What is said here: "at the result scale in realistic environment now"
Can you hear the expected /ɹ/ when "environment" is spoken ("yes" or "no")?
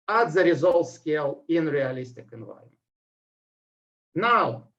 no